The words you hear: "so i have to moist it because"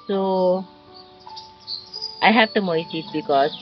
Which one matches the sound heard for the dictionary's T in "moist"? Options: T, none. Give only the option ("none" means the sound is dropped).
none